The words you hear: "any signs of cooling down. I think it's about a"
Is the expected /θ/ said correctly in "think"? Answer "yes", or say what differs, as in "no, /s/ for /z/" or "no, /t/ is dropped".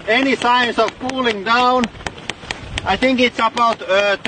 yes